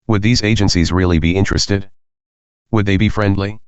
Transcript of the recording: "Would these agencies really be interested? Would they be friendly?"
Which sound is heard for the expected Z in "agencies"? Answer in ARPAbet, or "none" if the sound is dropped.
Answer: Z